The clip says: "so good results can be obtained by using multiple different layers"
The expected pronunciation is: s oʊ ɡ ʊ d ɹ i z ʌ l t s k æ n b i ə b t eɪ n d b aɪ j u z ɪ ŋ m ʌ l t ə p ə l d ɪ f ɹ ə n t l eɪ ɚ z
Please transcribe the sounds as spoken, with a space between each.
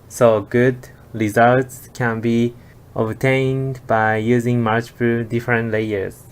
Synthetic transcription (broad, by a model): s oʊ ɡ ʊ d ɹ i z ʌ l t s k æ n b i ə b t eɪ n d b aɪ j u z ɪ ŋ m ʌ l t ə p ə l d ɪ f ɹ ə n t l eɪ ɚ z